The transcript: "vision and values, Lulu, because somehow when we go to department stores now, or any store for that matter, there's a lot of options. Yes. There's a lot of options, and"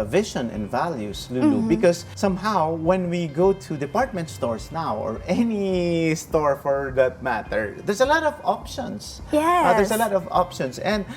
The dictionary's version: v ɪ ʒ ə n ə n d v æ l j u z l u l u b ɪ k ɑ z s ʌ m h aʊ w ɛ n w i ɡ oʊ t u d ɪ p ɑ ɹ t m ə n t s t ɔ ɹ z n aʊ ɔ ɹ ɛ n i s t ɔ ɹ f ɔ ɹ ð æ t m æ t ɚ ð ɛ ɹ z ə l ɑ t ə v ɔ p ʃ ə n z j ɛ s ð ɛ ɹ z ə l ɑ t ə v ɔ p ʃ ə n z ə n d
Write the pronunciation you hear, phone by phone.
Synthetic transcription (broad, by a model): v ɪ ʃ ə n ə n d v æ l j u s l u l u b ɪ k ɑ s ʌ m h aʊ w ɛ n w i ɡ oʊ t u d ɪ p ɑ ɹ t m ə n t s t ɔ ɹ s n aʊ ɔ ɹ ɛ n i s t ɔ ɹ f ɔ ɹ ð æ t m æ t ɚ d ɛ ɹ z ə l ɑ t ə v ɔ p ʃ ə n s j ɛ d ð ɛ ɹ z ə l ɑ t ə v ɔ p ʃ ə n s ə n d